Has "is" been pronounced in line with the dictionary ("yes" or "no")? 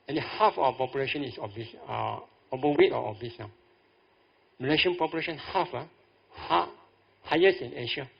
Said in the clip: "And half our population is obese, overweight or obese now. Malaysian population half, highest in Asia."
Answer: no